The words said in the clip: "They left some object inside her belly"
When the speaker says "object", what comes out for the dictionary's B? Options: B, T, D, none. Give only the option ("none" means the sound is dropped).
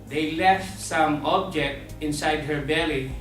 B